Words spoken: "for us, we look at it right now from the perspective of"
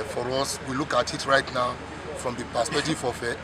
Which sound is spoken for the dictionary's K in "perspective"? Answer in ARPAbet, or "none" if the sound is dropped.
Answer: none